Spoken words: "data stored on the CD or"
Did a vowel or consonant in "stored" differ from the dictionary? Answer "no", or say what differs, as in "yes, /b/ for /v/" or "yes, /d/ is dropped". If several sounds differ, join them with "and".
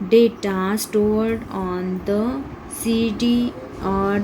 no